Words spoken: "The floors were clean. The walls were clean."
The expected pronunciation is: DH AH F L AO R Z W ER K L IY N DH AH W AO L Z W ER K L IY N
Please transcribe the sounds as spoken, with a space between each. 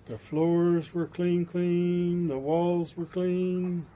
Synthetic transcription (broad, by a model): DH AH F L AO R Z W ER K L IY N DH AH W AO L Z W ER K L IY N